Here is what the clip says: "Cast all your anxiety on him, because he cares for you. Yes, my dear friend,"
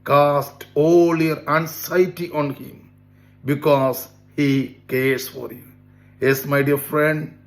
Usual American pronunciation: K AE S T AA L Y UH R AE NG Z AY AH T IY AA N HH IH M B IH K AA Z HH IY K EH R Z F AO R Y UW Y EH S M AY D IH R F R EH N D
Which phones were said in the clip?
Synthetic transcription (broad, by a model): K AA S T AA L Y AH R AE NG S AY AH T IY AA N HH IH M B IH K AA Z HH IY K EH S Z F AO R Y UW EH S M AY D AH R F R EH N D